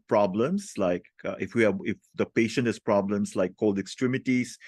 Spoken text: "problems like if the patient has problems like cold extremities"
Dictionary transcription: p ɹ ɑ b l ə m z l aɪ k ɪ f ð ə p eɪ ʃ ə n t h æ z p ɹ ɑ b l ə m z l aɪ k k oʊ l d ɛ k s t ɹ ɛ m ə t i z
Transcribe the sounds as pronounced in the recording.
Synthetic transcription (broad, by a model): p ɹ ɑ b l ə m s l aɪ k ɪ f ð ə p eɪ ʃ ə n t h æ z p ɹ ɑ b l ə m s l aɪ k k oʊ l d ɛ k s t ɹ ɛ m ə t i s